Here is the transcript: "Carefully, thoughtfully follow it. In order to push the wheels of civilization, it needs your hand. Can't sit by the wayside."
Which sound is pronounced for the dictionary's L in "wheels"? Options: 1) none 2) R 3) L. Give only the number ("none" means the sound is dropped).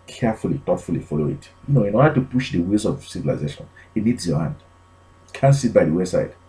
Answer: 1